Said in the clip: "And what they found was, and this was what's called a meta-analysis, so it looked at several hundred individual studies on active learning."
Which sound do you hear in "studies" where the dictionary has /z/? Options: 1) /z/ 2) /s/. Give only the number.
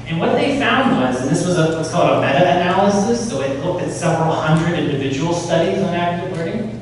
1